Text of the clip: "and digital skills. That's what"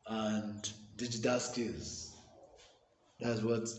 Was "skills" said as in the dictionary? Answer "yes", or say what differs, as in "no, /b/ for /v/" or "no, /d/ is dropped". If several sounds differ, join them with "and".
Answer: no, /l/ is dropped